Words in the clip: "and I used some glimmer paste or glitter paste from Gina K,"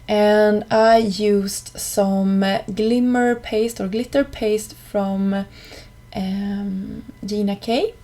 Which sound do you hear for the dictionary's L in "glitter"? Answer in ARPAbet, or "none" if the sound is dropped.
L